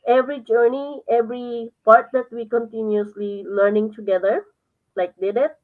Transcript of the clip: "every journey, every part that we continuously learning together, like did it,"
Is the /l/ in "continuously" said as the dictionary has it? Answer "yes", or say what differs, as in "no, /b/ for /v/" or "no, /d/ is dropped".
yes